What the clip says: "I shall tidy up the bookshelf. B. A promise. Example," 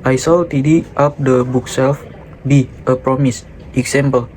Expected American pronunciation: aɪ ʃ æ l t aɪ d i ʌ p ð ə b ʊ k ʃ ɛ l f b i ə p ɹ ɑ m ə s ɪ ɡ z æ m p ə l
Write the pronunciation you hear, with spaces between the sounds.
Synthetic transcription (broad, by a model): aɪ s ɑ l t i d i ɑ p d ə b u k s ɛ l f b i ə p ɹ ɑ m ə s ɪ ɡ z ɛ m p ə l